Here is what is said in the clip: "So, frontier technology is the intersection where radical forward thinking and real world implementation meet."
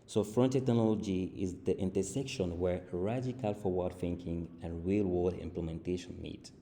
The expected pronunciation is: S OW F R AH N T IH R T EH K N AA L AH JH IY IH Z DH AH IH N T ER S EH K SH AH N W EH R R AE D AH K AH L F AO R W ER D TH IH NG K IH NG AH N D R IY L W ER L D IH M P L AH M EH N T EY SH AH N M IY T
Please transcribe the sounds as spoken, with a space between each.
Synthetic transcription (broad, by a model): S OW F R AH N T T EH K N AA L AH JH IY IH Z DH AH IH N T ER S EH K SH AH N W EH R R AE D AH K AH L F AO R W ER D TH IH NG K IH NG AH N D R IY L W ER D IH M P L AH M EH N T EY SH AH N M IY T